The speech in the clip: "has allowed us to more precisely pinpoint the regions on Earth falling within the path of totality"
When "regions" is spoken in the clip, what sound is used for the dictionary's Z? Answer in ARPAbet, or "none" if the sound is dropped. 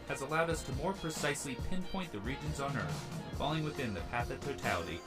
Z